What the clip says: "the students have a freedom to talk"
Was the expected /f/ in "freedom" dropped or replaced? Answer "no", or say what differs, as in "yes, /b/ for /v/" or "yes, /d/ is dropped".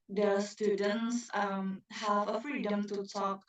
no